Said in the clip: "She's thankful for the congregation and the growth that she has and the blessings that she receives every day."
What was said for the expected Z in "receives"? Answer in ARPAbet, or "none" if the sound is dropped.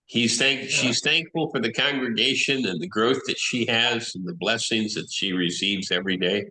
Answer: Z